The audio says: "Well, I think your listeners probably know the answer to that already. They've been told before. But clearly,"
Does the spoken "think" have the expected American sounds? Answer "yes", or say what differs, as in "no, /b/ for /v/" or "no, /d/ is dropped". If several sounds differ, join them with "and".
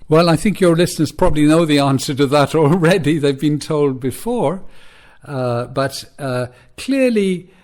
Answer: yes